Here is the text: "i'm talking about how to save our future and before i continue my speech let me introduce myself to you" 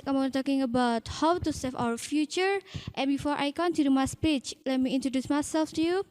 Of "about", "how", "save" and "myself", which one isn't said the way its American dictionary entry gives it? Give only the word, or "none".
save